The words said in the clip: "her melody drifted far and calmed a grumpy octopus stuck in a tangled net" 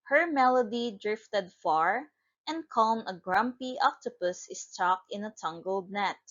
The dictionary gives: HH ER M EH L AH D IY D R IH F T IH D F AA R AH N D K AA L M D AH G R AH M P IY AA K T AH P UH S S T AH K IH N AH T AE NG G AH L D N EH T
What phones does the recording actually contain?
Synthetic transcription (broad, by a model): HH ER M EH L AH D IY D R IH F T IH D F AA R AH N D K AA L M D AH G R AH M P IY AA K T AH P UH S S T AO K IH N AH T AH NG G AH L D N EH T